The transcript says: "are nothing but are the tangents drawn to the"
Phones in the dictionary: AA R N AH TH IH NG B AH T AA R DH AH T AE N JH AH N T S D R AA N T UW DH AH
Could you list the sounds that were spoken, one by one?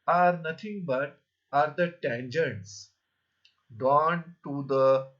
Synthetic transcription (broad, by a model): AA R N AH T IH NG B AH T AA R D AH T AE N JH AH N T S D AA N T UW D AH